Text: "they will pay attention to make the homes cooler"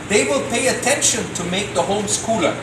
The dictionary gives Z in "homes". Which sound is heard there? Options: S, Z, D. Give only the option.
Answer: S